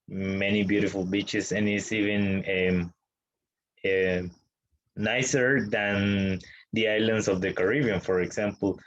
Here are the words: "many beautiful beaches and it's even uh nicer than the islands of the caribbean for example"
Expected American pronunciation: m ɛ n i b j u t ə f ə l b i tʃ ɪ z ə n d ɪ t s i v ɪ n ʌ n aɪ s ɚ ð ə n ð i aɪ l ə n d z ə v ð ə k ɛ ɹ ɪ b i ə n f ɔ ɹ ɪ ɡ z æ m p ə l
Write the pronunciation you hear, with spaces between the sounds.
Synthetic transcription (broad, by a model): m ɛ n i b j u t ə f ə l b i tʃ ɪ s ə n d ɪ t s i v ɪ n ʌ n aɪ s ɚ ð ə n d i aɪ l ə n d s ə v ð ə k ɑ ɹ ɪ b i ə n f ɔ ɹ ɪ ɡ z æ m p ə l